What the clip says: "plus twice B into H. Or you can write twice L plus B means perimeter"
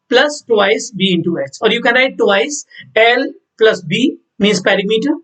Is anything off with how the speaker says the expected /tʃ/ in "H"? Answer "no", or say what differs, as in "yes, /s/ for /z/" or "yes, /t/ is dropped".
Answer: yes, /s/ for /tʃ/